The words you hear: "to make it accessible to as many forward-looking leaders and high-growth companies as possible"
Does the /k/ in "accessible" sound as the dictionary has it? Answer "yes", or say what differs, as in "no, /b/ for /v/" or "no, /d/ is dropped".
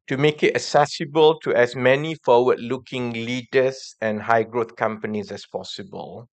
no, /k/ is dropped